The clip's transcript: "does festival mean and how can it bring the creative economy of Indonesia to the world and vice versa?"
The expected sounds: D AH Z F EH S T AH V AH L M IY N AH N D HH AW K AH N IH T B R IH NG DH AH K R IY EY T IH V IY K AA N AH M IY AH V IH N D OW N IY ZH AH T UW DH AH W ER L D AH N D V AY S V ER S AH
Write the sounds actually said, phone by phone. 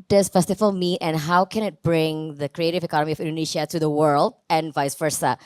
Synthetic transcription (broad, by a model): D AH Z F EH S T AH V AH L M IY AH N HH AW K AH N IH T B R IH NG DH AH K R IY EY T IH V IY K AA N AH M IY AH V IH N D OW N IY SH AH T UW DH AH W ER L D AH N V AY S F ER S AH